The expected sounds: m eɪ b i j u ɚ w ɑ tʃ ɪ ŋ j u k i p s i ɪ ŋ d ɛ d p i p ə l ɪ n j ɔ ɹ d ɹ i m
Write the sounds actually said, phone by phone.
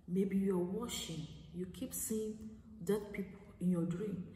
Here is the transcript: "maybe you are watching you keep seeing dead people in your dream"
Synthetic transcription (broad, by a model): m eɪ b i j u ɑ w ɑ ʃ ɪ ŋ j u k i p s i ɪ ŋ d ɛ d p i p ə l ɪ n j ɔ d ɹ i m